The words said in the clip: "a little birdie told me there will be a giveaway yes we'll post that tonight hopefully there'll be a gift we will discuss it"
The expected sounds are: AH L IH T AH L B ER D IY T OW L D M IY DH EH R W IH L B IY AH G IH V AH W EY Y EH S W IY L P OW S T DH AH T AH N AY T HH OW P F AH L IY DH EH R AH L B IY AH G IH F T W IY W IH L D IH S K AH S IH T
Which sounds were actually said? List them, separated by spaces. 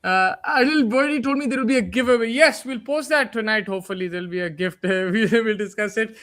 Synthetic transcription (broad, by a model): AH N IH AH L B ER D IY T OW L D M IY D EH R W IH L B IY AH G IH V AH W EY Y EH S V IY L P OW S T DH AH T AH N AY T HH OW P F AH L IY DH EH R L B IY AH G IH F T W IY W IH L D IH S K AH S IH T